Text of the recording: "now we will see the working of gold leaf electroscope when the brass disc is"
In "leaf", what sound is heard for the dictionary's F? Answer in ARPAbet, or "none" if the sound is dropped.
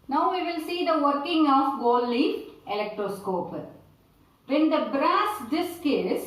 none